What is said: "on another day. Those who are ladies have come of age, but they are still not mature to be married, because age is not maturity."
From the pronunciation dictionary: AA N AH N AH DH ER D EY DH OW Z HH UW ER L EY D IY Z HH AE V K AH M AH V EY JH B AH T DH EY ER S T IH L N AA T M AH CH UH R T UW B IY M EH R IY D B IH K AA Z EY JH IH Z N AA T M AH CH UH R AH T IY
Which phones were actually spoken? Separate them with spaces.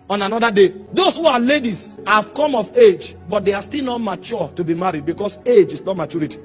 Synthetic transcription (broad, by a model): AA N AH N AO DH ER D EY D OW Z HH UW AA L EY D IY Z HH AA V K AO M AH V EY JH B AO T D EY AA S T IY L N AA T M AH CH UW T UW B IY M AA R IY D B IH K AA S EY JH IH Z N AA T M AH CH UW R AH T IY